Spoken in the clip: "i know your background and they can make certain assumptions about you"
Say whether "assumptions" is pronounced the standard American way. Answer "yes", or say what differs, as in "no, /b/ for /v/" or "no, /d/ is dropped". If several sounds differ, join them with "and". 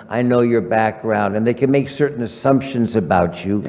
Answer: yes